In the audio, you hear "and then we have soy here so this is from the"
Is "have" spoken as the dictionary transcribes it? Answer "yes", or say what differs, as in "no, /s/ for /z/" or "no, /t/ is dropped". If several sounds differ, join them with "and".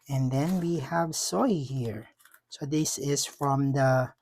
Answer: yes